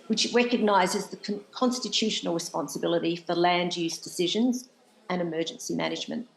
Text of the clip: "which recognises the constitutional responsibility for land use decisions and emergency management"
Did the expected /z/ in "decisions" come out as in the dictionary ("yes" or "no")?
yes